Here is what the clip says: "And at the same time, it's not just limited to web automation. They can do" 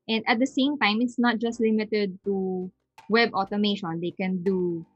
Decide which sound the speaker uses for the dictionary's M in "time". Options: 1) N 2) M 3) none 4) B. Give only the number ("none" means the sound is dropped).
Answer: 2